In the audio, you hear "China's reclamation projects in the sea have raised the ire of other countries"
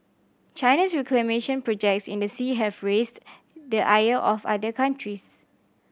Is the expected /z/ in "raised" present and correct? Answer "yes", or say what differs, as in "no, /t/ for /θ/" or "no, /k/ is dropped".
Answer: no, /s/ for /z/